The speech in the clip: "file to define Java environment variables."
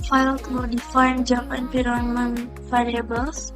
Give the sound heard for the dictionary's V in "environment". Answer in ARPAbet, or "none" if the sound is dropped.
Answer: P